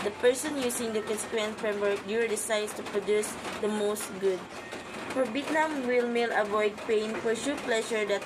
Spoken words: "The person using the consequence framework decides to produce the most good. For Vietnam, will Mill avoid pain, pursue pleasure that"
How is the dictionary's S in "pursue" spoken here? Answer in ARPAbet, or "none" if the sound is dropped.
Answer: SH